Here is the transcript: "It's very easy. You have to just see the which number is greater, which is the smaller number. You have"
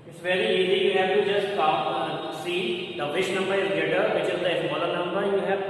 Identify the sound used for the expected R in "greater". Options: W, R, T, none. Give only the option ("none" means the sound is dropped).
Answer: none